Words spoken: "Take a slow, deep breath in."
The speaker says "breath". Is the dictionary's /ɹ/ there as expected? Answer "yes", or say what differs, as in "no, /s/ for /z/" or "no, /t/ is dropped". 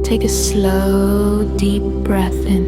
yes